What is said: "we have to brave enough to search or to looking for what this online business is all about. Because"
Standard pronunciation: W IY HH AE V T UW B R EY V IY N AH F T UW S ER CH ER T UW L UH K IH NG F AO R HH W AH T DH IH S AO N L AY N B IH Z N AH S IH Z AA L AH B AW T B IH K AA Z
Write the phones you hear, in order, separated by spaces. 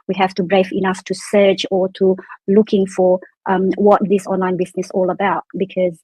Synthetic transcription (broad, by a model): W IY HH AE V T UW B R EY F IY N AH F T UW S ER CH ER T UW L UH K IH NG F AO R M W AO T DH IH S AO N L AY N B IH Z N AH S AA L AH B AW T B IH K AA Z